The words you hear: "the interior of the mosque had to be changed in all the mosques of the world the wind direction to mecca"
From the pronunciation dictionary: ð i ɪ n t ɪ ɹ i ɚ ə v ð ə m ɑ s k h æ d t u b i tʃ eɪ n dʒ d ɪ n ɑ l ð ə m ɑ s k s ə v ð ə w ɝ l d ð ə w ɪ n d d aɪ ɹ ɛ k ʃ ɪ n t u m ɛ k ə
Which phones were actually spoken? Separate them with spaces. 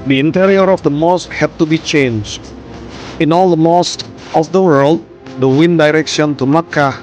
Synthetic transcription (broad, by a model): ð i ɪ n t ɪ ɹ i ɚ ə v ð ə m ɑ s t h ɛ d t u b i tʃ eɪ n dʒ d ɪ n ɑ l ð ə m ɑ s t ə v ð ə w ɝ l d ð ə w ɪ n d d aɪ ɹ ɛ k ʃ ɪ n t u m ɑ k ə